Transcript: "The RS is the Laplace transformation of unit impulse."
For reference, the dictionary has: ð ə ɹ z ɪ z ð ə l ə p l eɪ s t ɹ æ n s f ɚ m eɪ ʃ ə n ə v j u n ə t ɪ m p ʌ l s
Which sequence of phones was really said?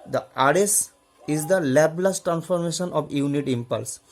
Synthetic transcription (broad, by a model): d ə ɹ s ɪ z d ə l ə b l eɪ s t ɹ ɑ n s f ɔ m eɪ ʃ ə n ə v j u n ə t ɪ m p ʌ l s